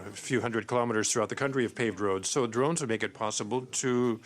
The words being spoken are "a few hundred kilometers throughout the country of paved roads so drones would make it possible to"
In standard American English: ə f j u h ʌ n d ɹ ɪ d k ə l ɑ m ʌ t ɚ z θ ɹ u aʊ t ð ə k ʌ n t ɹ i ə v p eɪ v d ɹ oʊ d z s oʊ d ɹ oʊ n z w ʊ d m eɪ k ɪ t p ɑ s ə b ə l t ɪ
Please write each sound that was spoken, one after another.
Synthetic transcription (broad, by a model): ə f j u h ʌ n d ɹ ɪ d k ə l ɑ m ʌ t ɚ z θ ɹ u aʊ t ð ə k ʌ n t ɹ i ə v p eɪ v d ɹ oʊ d z s oʊ d ɹ oʊ n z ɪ m eɪ k ɪ t p ɑ s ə b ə l t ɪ